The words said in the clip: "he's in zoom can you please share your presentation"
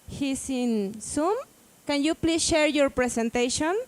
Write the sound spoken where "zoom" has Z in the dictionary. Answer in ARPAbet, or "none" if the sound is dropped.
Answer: S